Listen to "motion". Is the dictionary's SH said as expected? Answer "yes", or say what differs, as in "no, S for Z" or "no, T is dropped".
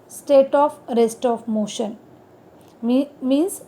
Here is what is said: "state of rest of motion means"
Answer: yes